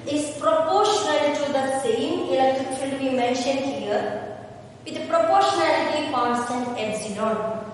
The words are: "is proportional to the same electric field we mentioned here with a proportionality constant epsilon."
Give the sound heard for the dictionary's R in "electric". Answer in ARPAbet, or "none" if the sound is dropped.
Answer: none